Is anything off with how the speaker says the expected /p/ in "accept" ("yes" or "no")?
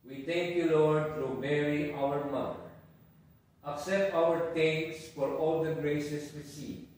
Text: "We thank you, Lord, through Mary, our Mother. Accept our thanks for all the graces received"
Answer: yes